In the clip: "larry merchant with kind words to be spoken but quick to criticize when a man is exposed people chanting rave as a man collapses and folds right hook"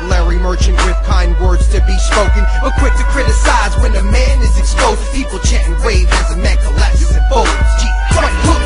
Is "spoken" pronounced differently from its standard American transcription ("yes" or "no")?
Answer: no